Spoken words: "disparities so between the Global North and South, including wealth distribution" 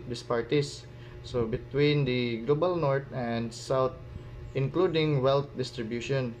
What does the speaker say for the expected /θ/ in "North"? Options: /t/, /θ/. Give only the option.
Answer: /t/